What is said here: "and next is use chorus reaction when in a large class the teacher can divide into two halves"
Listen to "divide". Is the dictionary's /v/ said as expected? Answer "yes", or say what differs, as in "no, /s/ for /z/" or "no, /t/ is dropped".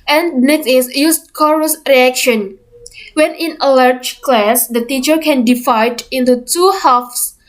no, /f/ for /v/